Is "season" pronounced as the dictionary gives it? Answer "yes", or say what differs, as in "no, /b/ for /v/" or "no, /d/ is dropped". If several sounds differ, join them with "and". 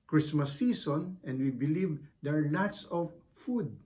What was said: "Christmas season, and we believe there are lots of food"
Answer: no, /s/ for /z/